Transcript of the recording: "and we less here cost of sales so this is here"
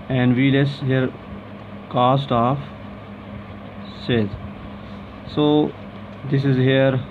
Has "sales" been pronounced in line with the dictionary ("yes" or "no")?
no